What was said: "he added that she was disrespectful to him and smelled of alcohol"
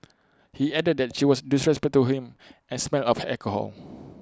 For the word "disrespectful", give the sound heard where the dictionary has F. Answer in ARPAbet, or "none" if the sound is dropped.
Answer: none